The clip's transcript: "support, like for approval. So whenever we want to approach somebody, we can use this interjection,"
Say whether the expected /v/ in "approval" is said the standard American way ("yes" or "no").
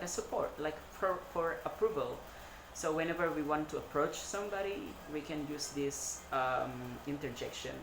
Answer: yes